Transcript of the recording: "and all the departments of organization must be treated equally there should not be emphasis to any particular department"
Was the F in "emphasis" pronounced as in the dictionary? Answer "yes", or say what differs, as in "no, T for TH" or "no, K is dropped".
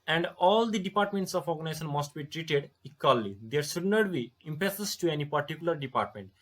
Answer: no, P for F